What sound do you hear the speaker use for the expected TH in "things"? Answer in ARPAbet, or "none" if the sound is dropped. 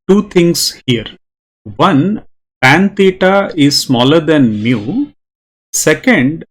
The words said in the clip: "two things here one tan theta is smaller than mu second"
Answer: T